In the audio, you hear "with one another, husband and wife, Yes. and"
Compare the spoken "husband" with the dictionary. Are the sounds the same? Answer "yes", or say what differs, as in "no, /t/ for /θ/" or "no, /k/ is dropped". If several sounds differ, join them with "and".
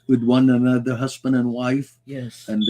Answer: yes